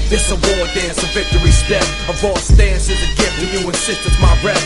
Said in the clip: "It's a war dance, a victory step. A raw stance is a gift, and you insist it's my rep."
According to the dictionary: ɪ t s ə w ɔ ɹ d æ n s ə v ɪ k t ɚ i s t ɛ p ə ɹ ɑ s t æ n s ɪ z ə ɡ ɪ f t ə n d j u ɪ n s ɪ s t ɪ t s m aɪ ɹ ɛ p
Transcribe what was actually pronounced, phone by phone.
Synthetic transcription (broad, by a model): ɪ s ə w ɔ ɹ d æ n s ə v ɪ k t ɚ i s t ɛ ə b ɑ s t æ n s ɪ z ə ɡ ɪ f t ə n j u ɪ n s ɪ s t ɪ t m aɪ ɹ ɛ